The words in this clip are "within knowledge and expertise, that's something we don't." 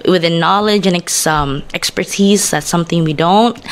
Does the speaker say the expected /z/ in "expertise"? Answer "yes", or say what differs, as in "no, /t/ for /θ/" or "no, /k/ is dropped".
yes